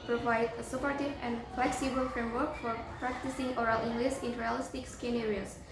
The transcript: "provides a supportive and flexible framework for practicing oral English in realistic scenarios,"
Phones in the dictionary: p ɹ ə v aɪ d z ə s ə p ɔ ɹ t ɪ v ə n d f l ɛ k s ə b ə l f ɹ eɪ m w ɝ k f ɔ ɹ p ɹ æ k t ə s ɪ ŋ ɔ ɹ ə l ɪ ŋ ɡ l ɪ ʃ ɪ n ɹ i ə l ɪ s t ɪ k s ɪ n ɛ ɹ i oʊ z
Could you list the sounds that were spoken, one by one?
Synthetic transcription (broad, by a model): p ɹ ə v aɪ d ə s ə p ɔ ɹ t ɪ v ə n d f l ɛ k s ə b ə l f ɹ eɪ m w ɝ k f ɔ ɹ p ɹ æ k t ə s ɪ ŋ ɔ ɹ ə l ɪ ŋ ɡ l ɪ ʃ ɪ n ɹ i ə l ɪ s t ɪ k s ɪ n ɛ ɹ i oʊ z